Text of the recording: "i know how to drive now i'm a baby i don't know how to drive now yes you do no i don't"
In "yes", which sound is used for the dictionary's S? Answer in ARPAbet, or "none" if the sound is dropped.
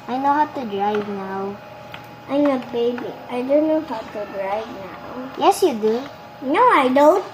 S